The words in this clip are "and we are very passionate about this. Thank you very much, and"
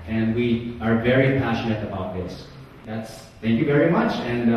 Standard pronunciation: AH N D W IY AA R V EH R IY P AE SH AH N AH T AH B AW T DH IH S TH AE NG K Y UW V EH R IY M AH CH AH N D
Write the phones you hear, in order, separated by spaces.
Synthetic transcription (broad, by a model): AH N D W IY AA R V EH R IY P AE SH AH N AH T AH B AW T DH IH S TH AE NG K Y UW V EH R IY M AH CH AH N D